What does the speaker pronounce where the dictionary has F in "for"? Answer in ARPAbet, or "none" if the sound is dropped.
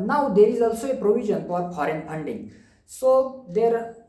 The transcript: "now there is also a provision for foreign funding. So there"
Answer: P